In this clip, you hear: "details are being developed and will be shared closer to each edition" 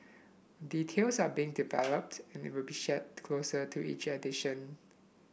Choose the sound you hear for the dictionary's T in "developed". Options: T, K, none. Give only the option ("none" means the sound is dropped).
T